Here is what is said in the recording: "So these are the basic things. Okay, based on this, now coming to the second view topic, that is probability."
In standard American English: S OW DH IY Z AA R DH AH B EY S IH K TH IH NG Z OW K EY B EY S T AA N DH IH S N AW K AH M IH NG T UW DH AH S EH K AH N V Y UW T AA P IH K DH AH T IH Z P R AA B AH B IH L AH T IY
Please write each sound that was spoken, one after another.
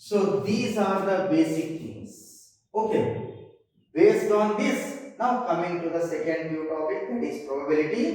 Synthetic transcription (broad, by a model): S OW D IY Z AA R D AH B EY S IH K T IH NG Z OW K EY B EY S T AA N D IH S N AW K AH M IH NG T UW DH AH S EH K AH N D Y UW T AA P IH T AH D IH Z P R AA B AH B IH L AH T IY